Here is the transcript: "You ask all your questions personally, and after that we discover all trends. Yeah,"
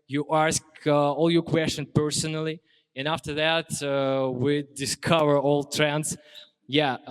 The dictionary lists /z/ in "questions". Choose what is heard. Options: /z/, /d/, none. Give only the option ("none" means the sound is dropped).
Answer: none